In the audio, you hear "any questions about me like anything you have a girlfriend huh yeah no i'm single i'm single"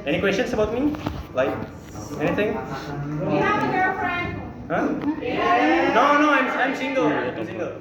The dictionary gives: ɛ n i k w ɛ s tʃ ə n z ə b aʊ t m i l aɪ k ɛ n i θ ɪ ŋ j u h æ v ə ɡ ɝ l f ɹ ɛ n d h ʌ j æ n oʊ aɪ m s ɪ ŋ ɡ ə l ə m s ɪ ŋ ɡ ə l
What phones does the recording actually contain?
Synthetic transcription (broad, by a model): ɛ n i k w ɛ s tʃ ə n s ə b aʊ t m i l aɪ k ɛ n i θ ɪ ŋ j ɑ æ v ə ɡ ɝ f ɹ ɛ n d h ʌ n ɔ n oʊ aɪ m s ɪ ŋ ɡ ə l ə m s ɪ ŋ ɡ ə l